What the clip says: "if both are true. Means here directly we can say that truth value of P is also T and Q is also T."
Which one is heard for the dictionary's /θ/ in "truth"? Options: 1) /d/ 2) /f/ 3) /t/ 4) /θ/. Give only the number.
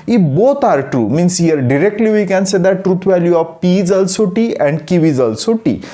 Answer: 3